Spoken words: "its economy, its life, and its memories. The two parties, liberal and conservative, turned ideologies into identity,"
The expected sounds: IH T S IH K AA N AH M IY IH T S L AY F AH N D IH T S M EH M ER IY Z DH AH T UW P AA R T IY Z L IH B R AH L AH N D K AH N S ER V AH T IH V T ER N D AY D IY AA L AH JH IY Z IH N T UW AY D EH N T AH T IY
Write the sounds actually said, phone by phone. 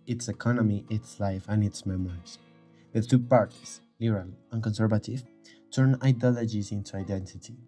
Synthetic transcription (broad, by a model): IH T S IH K AA N AH M IY IH T S L AY F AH N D IH T S M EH M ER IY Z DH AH T UW P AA R T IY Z L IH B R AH L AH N K AH N S ER V AH T IH V T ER N AY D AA L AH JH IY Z IH N T UW AY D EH N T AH T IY